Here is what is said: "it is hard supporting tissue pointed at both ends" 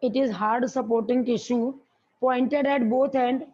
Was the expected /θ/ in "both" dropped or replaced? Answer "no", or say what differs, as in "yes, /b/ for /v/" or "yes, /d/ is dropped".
yes, /t/ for /θ/